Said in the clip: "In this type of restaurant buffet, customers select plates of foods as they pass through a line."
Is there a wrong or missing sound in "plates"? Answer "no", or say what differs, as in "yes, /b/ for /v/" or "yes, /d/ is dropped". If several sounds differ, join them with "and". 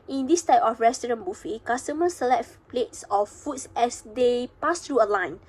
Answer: no